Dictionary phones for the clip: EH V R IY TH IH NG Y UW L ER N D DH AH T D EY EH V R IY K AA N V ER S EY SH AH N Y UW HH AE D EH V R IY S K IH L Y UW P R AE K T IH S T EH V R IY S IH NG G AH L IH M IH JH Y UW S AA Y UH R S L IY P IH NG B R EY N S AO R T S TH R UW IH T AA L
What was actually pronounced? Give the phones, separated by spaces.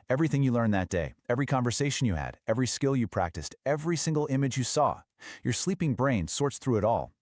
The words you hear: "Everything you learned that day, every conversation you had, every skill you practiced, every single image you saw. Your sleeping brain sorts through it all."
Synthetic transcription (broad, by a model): EH V R IY TH IH NG Y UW L ER N DH AH T D EY EH V R IY K AA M V ER S EY SH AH N Y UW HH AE D EH V R IY S K IH L Y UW P R AE K T IH S T EH V R IY S IH NG G L IH M IH JH Y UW S AA Y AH R S L IY P IH NG B R EY N S AO R T S TH R UW IH T AA L